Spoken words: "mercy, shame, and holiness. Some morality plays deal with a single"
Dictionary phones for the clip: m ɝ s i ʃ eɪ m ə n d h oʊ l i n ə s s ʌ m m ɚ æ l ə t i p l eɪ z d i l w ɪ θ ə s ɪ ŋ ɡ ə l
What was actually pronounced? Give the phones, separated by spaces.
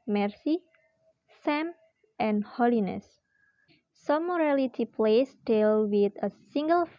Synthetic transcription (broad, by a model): m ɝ s i s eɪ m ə n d h oʊ l i n ə s s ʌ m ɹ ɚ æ l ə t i p l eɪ s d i l w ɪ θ ə s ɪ ŋ ɡ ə l